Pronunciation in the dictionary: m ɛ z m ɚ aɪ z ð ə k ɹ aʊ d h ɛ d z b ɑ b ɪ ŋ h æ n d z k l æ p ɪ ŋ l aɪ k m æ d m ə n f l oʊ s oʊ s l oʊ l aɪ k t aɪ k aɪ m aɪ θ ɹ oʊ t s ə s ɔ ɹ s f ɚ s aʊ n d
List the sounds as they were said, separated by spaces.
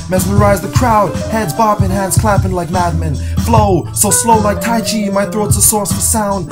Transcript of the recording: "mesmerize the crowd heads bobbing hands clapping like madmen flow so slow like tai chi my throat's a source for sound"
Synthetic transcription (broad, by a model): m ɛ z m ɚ aɪ z ð ə k ɹ aʊ d h ɛ d z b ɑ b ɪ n h æ n d z k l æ p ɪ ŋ l aɪ k m æ d m ə n f l oʊ s oʊ s l oʊ l aɪ k t aɪ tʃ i m aɪ θ ɹ oʊ t s ə s ɔ ɹ s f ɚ s aʊ n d